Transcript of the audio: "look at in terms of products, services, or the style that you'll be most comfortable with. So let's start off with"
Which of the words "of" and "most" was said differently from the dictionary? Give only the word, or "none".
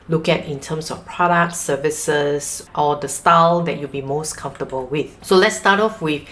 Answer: of